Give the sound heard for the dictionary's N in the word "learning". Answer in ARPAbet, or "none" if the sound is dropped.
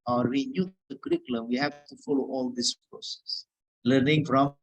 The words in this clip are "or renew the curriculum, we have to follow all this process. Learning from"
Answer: N